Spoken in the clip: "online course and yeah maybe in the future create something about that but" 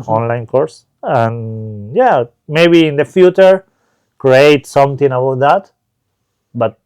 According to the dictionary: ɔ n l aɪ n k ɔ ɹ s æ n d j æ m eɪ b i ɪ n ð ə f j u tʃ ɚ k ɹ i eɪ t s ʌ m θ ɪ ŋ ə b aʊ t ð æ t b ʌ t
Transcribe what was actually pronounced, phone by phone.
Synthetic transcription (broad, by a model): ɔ n l aɪ n k ɔ ɹ s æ n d j æ m eɪ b i ɪ n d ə f j u tʃ ɚ k ɹ i eɪ t s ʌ m t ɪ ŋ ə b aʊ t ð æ t b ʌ t